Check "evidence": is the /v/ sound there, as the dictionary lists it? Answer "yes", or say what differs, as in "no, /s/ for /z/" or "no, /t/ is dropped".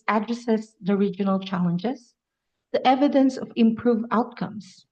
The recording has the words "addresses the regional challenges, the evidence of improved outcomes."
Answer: yes